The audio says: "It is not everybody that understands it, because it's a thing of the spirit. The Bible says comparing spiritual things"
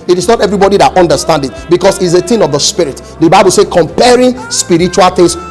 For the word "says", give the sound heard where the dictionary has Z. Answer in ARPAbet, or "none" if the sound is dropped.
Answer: none